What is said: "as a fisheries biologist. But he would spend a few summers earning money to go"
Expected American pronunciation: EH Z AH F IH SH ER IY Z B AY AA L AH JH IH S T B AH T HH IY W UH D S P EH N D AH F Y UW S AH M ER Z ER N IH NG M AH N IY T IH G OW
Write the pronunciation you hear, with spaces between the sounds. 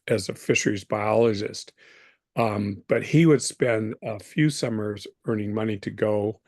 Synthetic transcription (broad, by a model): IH Z AH F IH SH ER IY Z B AY AA L AH JH IH S T B AH T HH IY W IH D S P EH N D AH F Y UW S AH M ER Z ER N IH NG M AH N IY T IH G OW